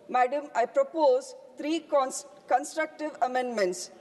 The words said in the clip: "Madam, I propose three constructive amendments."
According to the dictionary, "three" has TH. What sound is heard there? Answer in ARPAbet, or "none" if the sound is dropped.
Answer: T